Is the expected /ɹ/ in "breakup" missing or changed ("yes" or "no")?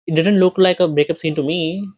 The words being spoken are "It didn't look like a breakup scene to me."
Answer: no